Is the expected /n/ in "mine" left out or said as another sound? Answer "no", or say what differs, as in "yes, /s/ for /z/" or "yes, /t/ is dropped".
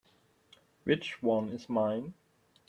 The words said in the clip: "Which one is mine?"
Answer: no